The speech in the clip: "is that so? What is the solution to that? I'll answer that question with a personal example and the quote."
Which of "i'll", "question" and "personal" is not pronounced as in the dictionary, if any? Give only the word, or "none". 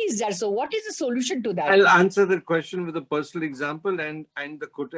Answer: none